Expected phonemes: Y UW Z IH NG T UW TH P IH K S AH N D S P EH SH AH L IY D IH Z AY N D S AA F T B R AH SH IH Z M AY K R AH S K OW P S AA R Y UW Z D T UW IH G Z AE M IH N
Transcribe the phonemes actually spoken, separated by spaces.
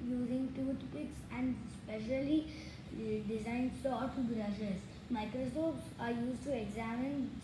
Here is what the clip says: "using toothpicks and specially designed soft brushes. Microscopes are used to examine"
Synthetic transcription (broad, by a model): Y UW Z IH NG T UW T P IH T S AH N D S P EH SH AH L IY D IH Z AY N D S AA T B R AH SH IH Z M AY K R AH S OW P S AA R Y UW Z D T UW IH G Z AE M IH N